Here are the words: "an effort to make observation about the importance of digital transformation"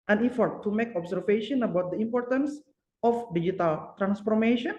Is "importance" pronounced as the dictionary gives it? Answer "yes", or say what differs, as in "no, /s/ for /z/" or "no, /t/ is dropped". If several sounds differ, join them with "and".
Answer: yes